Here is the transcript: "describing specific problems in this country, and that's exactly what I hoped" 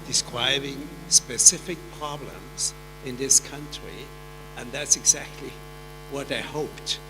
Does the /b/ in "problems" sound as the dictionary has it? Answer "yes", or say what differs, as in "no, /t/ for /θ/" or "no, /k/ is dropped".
yes